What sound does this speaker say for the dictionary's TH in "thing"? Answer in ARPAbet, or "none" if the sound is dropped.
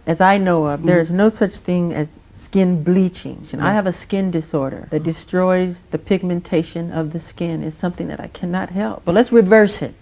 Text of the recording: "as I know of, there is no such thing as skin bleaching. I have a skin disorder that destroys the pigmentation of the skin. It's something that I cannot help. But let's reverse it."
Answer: TH